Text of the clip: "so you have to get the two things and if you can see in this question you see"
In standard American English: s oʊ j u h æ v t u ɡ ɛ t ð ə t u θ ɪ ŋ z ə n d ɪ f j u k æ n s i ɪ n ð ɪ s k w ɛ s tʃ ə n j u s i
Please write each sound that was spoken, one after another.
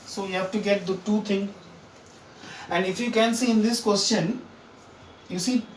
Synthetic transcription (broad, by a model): s oʊ j u h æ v t u ɡ ɛ t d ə t u t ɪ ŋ ə n d ɪ f j u k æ n s i ɪ n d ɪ s k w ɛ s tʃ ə n j u s i